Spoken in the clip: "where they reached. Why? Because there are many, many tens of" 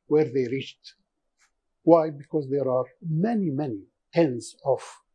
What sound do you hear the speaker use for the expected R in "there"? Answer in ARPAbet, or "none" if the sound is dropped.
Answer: R